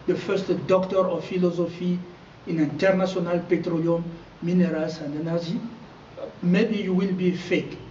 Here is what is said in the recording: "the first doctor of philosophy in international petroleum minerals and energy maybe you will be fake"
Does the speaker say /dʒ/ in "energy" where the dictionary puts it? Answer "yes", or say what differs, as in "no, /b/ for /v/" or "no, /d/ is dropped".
no, /z/ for /dʒ/